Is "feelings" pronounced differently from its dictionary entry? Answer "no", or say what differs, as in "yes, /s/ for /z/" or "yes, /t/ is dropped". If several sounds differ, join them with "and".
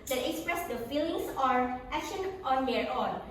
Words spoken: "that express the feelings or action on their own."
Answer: yes, /s/ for /z/